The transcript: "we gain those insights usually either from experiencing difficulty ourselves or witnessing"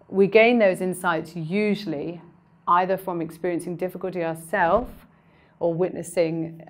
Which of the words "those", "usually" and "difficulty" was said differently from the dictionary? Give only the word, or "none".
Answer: none